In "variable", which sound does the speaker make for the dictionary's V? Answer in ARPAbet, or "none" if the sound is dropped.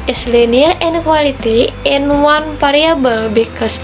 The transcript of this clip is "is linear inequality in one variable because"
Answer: P